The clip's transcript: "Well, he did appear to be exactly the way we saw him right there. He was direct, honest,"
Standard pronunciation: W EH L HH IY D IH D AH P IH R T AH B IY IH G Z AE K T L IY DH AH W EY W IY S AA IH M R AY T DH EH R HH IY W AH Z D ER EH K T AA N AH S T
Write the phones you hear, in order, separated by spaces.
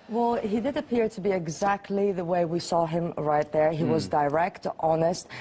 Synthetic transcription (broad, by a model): W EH L HH IY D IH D AH P IH R T AH B IY IH G Z AE K T L IY DH AH W EY W IY S AA IH M R AY T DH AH R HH IY W AH Z D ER EH K T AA N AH S T